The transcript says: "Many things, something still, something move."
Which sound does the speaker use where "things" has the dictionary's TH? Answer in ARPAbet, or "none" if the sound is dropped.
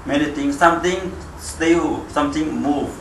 T